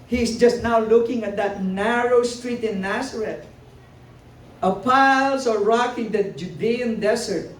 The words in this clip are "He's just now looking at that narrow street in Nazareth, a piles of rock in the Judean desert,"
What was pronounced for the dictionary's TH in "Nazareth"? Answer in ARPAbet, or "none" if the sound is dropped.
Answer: T